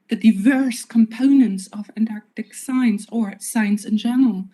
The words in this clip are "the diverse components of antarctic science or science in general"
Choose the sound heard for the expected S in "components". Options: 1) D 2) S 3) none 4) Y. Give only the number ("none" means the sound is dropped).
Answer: 2